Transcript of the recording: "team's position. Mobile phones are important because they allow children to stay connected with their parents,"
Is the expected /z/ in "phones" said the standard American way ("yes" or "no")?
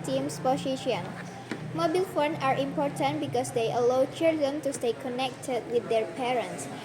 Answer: no